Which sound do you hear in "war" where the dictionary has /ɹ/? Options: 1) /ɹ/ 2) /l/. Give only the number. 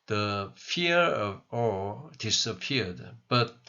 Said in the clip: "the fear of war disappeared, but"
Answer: 2